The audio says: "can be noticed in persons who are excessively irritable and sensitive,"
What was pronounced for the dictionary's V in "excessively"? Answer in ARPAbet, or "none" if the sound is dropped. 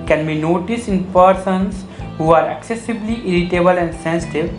B